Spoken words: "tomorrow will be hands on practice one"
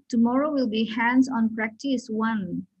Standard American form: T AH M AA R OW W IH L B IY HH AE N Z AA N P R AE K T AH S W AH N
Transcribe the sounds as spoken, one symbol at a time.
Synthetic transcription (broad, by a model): T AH M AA R OW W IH L B IY HH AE N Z AA N P R AE K T AH S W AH N